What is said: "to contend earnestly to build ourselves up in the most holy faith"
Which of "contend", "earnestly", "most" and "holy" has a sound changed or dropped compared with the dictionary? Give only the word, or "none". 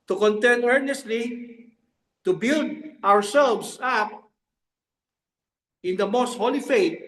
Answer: contend